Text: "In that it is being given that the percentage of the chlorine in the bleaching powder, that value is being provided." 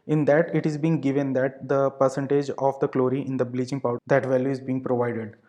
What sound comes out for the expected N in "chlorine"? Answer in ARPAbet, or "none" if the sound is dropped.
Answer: none